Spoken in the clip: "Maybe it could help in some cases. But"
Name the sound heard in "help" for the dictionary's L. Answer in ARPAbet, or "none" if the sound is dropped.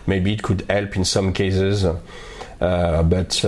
L